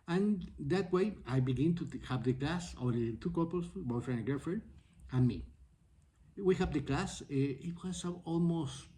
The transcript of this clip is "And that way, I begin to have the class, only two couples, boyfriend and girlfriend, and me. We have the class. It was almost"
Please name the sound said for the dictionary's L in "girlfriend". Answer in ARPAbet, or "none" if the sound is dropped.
none